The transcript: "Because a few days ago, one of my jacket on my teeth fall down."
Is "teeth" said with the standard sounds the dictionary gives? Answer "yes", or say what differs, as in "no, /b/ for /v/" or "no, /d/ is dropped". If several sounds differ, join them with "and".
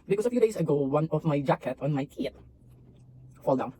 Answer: no, /t/ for /θ/